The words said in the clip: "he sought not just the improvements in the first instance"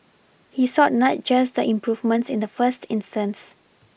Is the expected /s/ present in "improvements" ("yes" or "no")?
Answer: yes